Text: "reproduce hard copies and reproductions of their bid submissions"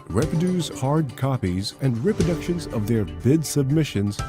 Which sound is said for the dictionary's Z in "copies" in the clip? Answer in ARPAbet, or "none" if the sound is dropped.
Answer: Z